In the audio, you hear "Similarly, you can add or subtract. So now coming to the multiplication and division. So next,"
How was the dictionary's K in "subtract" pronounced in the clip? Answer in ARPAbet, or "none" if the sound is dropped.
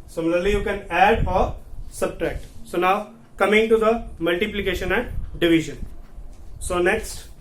K